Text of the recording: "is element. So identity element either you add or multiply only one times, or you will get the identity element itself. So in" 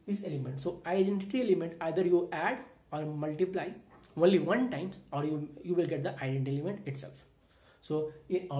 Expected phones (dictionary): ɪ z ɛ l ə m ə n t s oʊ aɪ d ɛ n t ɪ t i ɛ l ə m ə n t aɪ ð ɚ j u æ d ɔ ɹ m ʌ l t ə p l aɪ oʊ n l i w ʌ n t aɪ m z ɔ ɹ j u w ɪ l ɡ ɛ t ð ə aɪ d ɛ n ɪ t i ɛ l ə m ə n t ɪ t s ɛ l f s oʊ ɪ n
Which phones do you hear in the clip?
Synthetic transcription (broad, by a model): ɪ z ɛ l ə m ə n t s oʊ aɪ d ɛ n t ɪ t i ɛ l ə m ə n t aɪ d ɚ j u æ d ɔ ɹ m ʌ l t ə p l aɪ oʊ n l i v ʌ n t aɪ m ɔ ɹ j u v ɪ l ɡ ɛ t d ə aɪ d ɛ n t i ɛ l ə m ə n t ɪ t s ɛ l f s oʊ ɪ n